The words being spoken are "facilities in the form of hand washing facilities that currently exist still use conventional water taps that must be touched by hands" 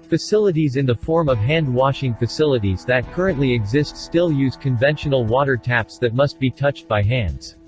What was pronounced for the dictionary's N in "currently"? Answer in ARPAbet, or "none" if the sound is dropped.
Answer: N